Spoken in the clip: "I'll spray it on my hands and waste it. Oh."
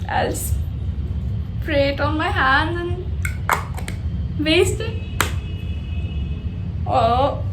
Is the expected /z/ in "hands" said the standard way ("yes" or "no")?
no